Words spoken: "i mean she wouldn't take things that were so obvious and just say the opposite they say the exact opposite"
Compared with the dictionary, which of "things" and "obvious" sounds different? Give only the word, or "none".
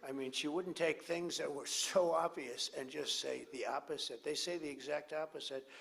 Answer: none